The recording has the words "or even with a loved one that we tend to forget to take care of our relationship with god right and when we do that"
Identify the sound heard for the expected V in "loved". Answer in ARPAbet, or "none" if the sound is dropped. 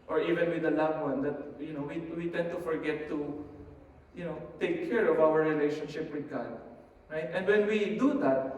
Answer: W